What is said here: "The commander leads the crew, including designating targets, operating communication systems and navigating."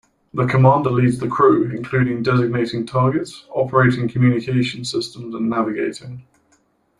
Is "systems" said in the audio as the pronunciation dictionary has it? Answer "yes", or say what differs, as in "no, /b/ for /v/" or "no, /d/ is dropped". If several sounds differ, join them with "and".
yes